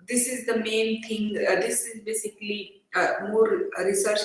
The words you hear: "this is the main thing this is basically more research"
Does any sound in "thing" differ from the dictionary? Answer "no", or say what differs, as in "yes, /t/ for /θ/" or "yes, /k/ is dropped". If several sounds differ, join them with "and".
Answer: yes, /t/ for /θ/